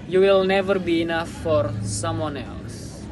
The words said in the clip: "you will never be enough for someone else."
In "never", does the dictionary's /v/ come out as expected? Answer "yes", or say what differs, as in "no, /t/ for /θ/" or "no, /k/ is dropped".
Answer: yes